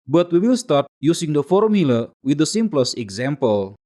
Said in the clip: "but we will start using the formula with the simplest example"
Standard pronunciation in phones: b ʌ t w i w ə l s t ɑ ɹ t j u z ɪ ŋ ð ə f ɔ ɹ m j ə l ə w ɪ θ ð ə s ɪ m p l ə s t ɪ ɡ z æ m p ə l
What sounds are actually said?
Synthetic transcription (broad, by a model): b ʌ t w i w ə l s t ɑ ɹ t j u s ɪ ŋ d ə f ɔ ɹ m j ə l ə w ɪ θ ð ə s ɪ m p l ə s ɪ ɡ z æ m p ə l